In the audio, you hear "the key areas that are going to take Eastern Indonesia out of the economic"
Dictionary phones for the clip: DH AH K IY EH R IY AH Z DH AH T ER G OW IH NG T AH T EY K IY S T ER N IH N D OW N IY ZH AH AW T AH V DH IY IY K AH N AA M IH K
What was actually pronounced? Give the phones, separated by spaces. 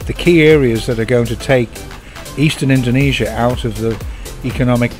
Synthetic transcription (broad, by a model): DH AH K IY EH R IY AH Z DH AH T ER G OW IH NG T AH T EY K IY S T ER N IH N D OW N IY ZH AH AW T AH V DH IY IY K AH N AA M IH K